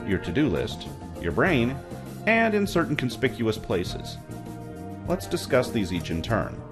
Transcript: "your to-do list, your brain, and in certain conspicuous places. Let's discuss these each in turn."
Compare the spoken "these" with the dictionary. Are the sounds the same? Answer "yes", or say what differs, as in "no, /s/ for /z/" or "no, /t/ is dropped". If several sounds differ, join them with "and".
yes